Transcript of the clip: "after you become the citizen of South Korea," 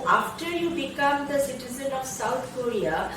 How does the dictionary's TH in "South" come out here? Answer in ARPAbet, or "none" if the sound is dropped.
T